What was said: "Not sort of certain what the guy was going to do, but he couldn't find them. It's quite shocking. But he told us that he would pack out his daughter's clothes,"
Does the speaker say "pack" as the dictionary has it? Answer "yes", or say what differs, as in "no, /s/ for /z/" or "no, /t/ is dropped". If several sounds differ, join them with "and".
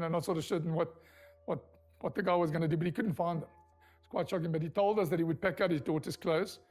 yes